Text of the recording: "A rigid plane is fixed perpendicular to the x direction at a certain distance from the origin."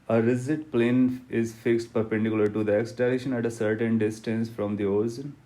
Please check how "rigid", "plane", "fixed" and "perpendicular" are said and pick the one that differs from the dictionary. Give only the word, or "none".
rigid